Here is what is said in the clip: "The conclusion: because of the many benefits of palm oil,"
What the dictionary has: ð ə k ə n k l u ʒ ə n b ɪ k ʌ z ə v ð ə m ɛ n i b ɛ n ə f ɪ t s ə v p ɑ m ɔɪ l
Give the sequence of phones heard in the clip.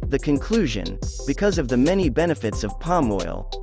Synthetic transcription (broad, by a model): ð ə k ə n k l u ʒ ə n b ɪ k ʌ z ə v ð ə m ɛ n i b ɛ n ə f ɪ t s ə v p ɑ m ɔɪ l